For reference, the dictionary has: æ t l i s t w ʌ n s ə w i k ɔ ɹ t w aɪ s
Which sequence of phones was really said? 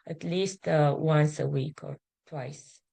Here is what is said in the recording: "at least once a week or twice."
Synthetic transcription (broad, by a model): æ t l i s t w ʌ n s ə w i k ɔ ɹ t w aɪ s